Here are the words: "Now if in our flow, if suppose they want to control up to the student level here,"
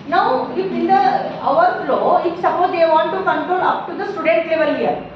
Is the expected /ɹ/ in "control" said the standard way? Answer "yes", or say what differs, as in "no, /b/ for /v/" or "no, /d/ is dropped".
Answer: yes